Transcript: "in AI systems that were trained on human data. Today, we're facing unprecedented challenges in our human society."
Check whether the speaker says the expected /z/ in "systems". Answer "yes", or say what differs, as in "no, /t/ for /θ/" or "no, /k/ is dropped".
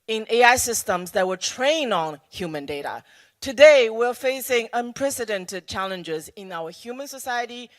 yes